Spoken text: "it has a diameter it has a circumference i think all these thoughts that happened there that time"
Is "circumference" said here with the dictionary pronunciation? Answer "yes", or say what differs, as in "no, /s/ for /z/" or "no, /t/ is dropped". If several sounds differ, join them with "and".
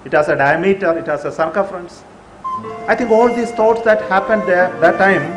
no, /m/ is dropped